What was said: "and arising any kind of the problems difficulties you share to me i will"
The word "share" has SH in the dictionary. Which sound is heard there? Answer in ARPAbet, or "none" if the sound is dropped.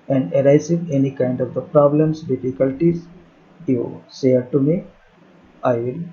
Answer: S